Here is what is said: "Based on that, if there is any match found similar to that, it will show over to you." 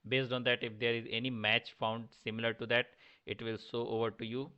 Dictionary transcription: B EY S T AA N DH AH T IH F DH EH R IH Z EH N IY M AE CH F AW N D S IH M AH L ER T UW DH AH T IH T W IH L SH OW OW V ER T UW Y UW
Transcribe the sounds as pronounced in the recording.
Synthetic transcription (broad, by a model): B EY S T AA N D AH T IH F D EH R IH Z EH N IY M AE CH F AW N D S IH M AH L ER T UW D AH T IH T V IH L S OW OW V ER T UW Y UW